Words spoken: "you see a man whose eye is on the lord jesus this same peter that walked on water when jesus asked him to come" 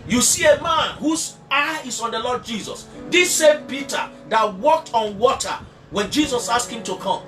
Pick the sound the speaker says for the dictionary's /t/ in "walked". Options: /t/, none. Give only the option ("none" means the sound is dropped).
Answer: /t/